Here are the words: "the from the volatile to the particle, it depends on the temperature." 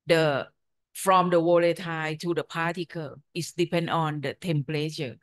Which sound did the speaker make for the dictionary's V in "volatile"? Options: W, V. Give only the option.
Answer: W